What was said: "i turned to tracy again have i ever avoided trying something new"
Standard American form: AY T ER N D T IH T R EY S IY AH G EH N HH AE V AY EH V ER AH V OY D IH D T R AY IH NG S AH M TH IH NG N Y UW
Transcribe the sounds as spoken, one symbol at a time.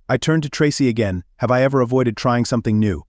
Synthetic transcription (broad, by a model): AY T ER N T IH T R EY S IY AH G EH N HH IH V AY EH V ER AH V OY D IH D T R AY IH NG S AH M TH IH NG N Y UW